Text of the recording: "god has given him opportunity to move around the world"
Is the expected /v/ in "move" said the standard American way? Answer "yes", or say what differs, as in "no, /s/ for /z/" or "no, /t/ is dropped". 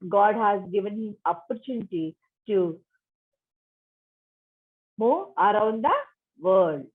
no, /v/ is dropped